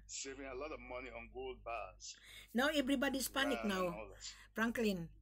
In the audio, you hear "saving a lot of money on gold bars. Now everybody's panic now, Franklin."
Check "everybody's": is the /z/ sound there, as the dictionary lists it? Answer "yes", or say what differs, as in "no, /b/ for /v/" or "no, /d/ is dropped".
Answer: no, /s/ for /z/